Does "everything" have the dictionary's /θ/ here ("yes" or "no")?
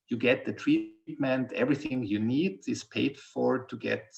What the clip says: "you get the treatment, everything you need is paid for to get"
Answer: yes